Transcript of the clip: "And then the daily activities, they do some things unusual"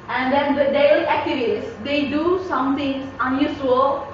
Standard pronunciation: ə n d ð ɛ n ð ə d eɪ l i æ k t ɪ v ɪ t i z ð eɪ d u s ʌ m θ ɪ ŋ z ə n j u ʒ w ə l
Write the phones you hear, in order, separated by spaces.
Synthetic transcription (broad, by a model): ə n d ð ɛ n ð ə d eɪ l i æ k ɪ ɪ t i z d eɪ d u s ʌ m t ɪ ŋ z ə n j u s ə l